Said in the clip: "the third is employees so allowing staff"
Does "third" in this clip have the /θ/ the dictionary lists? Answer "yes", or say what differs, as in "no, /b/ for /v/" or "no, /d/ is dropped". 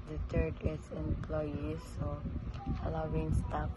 no, /t/ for /θ/